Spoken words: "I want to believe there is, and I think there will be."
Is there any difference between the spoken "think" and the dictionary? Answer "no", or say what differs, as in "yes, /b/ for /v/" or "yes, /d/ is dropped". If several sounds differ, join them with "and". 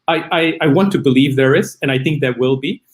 no